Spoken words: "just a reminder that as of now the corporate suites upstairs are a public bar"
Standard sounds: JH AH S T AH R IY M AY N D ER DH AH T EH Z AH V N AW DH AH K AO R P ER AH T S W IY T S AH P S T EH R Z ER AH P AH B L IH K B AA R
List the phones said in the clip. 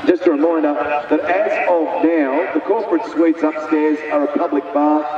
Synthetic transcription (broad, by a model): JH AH S T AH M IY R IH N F DH AH T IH Z AH V N AW DH AH K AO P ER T S W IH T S AH P S T EH R Z ER AH P AH B L IH K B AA